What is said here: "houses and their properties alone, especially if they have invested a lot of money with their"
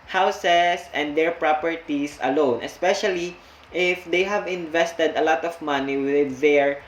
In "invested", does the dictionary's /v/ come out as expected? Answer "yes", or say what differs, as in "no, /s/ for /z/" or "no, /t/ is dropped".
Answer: yes